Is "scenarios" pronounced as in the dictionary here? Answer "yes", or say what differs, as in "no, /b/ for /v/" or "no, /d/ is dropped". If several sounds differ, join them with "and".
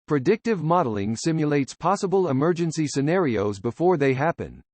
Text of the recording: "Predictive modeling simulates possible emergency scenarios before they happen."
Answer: yes